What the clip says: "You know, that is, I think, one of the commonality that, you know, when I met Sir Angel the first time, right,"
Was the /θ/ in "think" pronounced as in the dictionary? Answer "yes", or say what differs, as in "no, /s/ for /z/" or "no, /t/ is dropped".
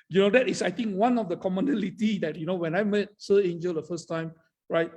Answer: no, /t/ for /θ/